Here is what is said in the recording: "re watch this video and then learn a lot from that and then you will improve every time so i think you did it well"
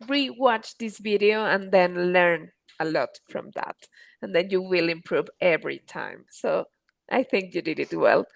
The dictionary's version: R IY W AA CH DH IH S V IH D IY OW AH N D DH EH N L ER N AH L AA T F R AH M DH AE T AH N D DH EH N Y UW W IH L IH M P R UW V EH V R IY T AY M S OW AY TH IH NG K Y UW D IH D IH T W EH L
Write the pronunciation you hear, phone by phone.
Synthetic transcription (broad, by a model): R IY W AA CH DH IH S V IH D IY OW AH N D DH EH N L ER N AH L AA T F R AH M DH AE T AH N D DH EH N Y UW W IH L IH M P R UW V EH V R IY T AY M S OW AY TH IH NG K Y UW D IH D IH T W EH L